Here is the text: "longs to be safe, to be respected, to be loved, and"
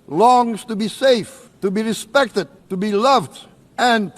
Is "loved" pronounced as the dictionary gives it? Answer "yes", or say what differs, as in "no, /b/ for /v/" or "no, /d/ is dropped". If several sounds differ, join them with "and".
yes